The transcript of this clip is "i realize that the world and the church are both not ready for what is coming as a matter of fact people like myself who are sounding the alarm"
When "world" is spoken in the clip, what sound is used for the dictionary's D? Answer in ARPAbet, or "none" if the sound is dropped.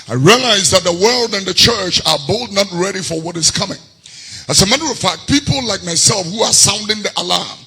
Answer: D